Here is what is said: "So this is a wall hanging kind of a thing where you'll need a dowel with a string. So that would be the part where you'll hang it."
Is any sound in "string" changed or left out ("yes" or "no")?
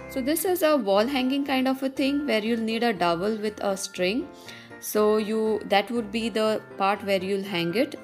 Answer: no